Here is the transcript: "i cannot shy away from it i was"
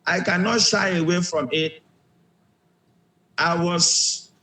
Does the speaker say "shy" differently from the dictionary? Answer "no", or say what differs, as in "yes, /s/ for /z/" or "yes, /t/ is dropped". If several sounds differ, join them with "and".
no